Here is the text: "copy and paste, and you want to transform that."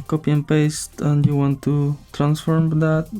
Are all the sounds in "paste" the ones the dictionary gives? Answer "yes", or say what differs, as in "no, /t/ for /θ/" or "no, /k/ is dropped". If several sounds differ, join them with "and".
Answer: yes